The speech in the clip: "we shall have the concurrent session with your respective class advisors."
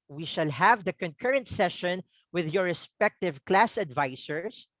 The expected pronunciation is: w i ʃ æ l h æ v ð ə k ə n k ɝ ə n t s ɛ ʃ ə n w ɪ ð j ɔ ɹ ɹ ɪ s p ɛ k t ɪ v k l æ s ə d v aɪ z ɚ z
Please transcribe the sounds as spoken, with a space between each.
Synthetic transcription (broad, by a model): w i ʃ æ l h æ v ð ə k ə n k ɝ ə n t s ɛ ʃ ə n w ɪ ð j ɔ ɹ ɹ ɪ s p ɛ k t ɪ v k l æ s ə d v aɪ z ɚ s